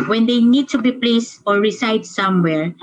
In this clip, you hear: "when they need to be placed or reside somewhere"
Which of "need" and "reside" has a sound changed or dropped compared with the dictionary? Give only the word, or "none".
reside